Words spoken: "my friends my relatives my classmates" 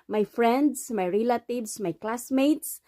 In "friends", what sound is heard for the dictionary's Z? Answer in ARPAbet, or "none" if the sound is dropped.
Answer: S